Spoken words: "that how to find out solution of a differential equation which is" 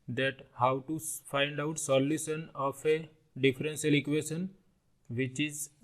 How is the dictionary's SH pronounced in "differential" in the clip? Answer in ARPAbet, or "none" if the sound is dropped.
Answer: S